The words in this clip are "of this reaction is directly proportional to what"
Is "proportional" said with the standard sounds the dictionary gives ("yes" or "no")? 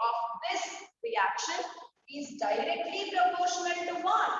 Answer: no